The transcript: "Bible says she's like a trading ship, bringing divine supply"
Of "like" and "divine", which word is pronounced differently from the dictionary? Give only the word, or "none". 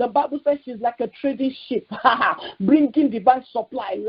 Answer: divine